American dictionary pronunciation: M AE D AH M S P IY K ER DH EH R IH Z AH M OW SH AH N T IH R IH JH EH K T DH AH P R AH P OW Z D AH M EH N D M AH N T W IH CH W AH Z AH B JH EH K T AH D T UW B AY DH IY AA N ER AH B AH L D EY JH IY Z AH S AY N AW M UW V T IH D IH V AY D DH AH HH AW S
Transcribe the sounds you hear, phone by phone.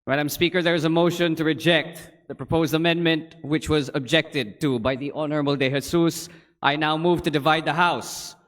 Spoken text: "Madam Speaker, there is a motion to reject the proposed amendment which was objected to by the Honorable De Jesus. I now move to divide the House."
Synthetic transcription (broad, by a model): M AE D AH M S P IY K ER DH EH R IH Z AH M OW SH AH N T IH R IH JH EH K T DH AH P R AH P OW Z D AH M EH N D M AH N T W IH CH W AH Z AH B JH EH K T AH D T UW B AY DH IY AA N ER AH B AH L D EY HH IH S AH S AY N AW M UW V T IH D IH V AY D DH AH HH AW S